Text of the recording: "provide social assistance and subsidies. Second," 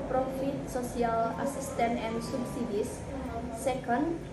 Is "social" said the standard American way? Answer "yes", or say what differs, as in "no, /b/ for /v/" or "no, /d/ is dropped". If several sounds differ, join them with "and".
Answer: no, /s/ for /ʃ/